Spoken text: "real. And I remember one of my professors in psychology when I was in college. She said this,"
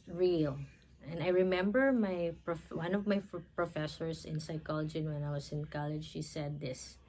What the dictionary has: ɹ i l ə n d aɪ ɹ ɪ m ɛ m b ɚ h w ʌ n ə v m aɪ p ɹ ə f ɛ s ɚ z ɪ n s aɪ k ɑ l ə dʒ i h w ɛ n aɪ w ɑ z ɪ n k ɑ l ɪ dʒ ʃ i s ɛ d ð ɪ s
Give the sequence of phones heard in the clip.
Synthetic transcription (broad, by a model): ɹ i l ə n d aɪ ɹ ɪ m ɛ m b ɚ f w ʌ n ə v m aɪ p ɹ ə f ɛ s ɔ s ɪ n s aɪ k ɑ l ə dʒ i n w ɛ n aɪ w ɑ s ɪ n k ɑ l ɪ dʒ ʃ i s ɛ d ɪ s